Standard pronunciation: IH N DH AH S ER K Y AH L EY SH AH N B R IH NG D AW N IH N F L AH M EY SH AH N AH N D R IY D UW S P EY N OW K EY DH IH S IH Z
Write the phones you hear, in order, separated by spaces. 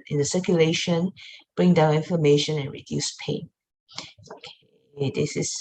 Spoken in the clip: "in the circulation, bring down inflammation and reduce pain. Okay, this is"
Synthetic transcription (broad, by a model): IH N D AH S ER K Y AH L EY SH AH N B R IH NG D AW N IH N F AH M EY SH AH N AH N R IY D UW S P EY N OW K EY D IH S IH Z